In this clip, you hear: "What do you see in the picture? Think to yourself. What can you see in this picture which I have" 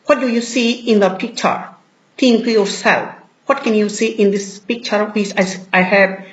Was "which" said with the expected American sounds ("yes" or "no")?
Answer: no